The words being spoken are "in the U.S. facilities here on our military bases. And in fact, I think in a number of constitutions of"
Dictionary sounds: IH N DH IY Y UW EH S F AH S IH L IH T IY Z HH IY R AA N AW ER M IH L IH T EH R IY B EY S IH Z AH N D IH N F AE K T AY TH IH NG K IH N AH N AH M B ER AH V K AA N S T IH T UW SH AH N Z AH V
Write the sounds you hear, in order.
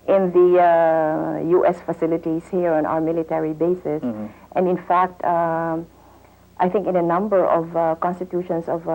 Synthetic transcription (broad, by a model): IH N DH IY Y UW EH S F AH S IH L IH T IY S HH IY R AA N AW ER M IH L IH T EH R IY B EY S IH S AH N D IH N F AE K T AY TH IH NG K IH N AH N AH M B ER AH V K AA N S T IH T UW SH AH N S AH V